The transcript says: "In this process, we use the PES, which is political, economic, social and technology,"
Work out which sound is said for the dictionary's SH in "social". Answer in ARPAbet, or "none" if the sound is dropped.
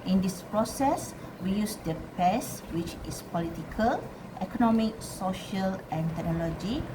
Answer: SH